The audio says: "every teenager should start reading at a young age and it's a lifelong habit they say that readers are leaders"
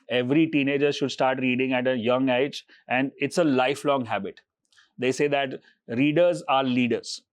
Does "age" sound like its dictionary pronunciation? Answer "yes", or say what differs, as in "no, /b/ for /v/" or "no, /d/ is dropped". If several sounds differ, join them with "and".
yes